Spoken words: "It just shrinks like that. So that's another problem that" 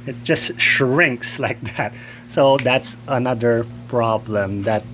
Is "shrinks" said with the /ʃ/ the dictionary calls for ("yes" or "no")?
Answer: yes